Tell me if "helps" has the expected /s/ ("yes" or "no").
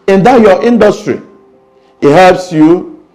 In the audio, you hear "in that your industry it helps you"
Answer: yes